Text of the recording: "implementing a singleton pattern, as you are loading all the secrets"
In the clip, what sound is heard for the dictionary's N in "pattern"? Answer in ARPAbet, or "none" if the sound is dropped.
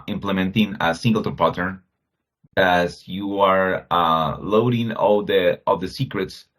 none